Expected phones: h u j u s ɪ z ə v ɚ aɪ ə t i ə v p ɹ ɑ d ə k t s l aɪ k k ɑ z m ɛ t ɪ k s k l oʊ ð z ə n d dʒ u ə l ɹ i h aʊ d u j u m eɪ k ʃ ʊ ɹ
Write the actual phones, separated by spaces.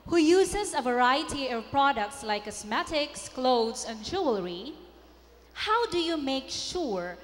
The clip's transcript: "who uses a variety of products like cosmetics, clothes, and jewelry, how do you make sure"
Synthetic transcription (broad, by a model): h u j u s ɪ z ə v ɚ aɪ ə t i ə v p ɹ ɑ d ə k t s l aɪ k k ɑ s m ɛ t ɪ k s k l oʊ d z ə n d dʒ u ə l ɹ i h aʊ d u j u m eɪ k ʃ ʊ ɹ